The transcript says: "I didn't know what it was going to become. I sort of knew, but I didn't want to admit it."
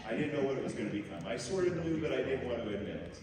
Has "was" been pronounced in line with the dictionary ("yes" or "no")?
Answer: yes